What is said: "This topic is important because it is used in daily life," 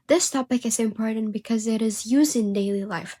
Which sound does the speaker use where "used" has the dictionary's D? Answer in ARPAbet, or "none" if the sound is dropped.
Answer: D